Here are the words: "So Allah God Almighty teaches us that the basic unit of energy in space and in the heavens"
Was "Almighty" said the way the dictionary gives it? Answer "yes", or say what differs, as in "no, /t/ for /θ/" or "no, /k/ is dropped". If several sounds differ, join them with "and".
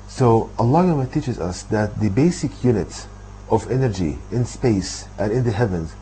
no, /l/ is dropped